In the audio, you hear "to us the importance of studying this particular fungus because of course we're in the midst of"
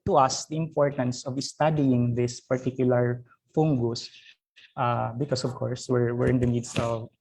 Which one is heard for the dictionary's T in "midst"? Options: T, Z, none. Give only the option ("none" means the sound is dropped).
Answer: none